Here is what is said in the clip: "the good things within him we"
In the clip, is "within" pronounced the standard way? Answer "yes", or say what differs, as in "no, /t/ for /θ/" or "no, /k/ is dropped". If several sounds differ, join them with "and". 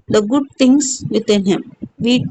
no, /t/ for /θ/